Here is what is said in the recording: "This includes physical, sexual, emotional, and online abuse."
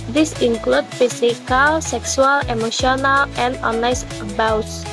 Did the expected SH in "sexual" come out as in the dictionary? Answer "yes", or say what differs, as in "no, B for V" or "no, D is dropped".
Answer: no, S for SH